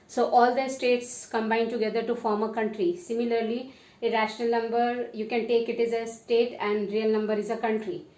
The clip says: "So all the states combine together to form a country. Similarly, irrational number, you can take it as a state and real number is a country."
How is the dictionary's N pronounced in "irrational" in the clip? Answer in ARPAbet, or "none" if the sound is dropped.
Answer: N